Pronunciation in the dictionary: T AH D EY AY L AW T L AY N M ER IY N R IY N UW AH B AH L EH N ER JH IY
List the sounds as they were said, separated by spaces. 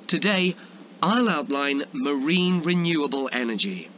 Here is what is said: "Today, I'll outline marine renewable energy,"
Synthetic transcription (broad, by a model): T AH D EY AY L AW T L AY N M ER IY N R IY N UW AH B AH L EH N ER JH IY